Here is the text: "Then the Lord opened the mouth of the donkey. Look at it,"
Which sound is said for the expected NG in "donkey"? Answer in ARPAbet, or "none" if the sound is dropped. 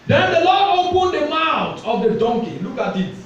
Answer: NG